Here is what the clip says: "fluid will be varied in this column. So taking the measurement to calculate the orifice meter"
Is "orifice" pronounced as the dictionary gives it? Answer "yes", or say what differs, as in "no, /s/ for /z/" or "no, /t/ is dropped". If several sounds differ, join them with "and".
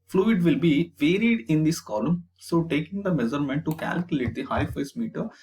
no, /ɹ/ is dropped